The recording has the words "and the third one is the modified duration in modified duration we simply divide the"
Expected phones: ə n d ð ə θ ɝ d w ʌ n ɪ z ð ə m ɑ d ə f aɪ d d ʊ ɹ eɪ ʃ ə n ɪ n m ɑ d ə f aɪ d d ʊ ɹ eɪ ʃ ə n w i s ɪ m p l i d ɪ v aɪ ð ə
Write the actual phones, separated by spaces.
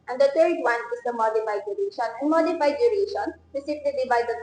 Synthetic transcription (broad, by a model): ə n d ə t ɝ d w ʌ n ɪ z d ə m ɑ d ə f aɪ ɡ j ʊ ɹ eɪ ʃ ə n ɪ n m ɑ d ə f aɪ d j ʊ ɹ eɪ ʃ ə n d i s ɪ p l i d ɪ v aɪ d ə